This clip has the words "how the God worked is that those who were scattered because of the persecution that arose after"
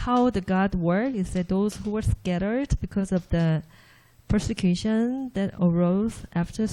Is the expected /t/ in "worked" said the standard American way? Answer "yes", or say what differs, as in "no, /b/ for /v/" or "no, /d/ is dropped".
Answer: no, /t/ is dropped